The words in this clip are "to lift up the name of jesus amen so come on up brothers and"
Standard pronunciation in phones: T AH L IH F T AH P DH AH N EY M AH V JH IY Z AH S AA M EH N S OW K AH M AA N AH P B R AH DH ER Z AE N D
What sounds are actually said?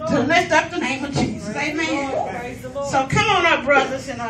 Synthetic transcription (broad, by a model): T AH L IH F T AH P DH AH N EY M AH V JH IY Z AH AA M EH S OW K AH M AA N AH B R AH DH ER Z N